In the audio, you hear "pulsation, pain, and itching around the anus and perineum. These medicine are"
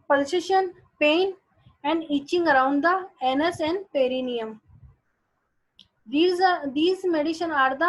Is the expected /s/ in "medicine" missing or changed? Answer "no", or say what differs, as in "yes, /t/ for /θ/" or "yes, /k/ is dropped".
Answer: yes, /ʃ/ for /s/